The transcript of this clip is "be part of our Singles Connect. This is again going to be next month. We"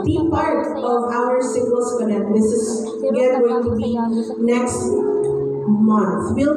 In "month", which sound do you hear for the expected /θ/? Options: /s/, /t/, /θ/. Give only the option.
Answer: /θ/